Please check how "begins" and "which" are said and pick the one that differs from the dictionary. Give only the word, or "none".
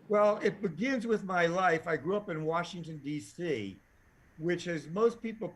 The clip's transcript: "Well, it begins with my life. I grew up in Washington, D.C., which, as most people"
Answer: none